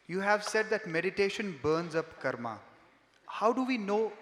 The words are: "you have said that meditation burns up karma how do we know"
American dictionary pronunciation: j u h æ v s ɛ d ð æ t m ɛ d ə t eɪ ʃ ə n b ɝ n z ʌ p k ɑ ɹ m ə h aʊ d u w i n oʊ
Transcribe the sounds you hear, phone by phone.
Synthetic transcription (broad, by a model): j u h æ v s ɛ d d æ t m ɛ d ə t eɪ ʃ ə n b ɝ n z ʌ p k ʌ ɹ m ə h aʊ d u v i n oʊ